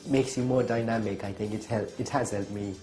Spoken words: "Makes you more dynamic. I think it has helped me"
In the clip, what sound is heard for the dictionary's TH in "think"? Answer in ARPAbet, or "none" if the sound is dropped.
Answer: TH